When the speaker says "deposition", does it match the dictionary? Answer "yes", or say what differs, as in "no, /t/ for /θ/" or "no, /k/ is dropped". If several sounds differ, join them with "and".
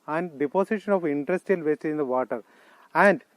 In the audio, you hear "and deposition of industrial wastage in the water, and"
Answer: no, /s/ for /z/